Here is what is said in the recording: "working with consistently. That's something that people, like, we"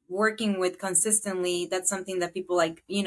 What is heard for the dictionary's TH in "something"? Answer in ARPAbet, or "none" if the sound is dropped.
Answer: TH